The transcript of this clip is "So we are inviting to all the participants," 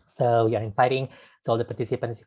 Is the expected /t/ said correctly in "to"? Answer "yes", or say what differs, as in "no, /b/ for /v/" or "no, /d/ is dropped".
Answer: no, /s/ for /t/